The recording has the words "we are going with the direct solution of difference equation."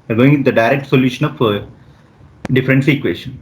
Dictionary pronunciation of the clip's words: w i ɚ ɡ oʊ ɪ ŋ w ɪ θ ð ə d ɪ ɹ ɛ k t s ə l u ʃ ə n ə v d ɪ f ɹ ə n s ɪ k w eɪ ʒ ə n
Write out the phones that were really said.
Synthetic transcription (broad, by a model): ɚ ɡ oʊ ɪ ŋ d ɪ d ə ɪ ɹ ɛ k t s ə l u ʃ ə n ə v d ɪ f ɹ ə n s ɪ k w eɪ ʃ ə n